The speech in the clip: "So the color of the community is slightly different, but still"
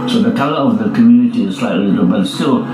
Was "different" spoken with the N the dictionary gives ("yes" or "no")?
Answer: no